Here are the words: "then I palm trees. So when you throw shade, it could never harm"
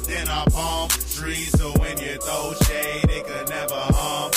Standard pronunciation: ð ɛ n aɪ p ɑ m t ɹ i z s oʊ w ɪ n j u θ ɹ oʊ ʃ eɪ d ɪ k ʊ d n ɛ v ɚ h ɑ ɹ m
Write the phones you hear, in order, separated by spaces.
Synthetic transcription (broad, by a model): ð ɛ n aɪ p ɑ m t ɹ i s oʊ w ɪ n j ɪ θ oʊ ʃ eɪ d ɪ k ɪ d n ɛ v ɚ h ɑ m